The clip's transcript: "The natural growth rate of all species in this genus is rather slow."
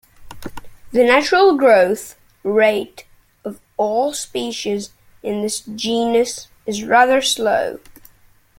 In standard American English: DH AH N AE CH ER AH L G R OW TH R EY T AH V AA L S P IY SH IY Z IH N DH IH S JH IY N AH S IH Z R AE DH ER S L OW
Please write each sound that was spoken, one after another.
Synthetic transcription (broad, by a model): DH AH N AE CH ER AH L G R OW TH R EY T AH V AA L S P IY SH IY Z IH N DH IH S JH IY N AH S IH Z R AE DH ER S L OW